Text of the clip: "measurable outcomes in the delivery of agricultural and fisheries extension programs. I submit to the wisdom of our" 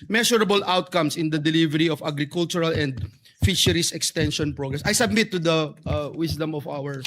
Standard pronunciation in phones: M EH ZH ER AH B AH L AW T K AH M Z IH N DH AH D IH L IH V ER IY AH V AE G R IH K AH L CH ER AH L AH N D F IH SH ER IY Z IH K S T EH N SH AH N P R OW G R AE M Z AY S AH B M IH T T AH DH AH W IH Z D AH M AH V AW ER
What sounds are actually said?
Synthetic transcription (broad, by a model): M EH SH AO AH B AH L AW T K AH M S IH N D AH D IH L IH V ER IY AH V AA G R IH K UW L CH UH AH L AH N D F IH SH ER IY S IH K S T EH N SH AH N P R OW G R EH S AY S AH B M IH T T AH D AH W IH S D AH M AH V AW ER